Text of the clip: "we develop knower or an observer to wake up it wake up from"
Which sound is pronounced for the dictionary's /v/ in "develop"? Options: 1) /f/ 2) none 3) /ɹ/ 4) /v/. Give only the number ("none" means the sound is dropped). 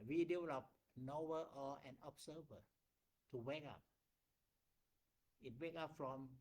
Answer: 2